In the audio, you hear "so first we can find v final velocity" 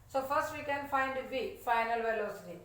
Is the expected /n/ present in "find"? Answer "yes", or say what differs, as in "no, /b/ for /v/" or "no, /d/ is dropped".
yes